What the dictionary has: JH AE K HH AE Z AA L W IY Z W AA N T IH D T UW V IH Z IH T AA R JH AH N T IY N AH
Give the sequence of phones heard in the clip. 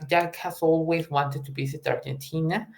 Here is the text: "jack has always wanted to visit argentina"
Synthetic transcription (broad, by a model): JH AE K HH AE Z AA L W IY Z W AA N T IH D T UW B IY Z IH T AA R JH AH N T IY N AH